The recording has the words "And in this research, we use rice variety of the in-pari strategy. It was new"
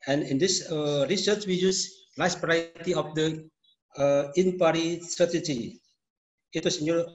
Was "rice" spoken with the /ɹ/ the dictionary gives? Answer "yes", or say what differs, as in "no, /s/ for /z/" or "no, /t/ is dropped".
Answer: no, /l/ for /ɹ/